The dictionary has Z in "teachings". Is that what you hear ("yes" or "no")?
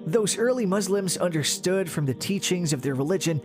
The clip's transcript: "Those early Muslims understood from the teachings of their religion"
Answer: yes